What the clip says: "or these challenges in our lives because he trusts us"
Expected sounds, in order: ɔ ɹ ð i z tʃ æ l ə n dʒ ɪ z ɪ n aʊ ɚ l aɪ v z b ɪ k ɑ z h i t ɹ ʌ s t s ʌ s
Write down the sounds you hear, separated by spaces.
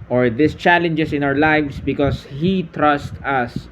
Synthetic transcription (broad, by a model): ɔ ɹ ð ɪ s tʃ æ l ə n dʒ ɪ s ɪ n aʊ ɚ l aɪ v s b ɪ k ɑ s h i t ɹ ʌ s t ʌ s